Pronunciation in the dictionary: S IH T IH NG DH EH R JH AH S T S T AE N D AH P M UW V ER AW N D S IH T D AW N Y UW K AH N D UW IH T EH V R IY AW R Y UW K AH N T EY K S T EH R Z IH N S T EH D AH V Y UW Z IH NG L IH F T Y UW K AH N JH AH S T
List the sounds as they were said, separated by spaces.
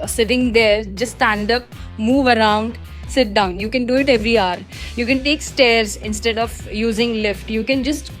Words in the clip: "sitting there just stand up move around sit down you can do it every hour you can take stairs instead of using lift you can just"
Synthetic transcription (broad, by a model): S IH T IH NG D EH R JH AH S S T AE N D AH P M UW V ER AW N D S IH T D AW N Y UW K AH N D UW IH T EH V R IY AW R Y UW K AH N T EY K S T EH R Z IH N S T EH D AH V Y UW Z IH NG L IH F T Y UW K AH N JH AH S T